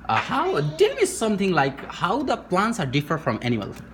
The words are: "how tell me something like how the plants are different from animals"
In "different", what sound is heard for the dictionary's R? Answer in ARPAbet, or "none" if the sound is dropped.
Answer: none